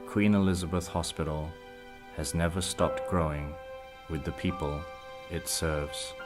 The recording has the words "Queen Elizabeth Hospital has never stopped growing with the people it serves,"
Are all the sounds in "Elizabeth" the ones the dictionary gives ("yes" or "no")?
yes